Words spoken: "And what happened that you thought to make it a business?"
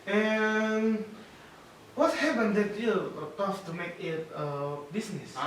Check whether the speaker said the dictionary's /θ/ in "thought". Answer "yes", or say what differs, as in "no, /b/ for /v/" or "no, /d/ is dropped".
no, /t/ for /θ/